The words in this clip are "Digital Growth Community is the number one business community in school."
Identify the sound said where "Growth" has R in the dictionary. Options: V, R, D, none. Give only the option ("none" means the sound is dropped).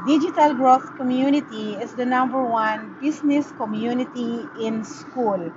R